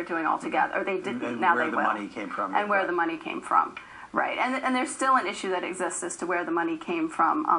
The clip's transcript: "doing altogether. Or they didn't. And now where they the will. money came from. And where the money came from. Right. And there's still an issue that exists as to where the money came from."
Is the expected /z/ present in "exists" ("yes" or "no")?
yes